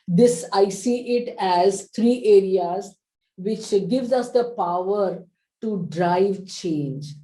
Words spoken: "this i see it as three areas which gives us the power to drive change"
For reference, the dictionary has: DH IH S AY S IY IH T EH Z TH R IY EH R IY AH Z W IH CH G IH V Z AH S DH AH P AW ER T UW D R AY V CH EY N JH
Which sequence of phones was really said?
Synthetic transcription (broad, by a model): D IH S AY S IY IH T EH Z T R IY EH R IY AH Z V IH CH G IH V Z AH S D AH P AW ER T UW D R AY V CH EY N JH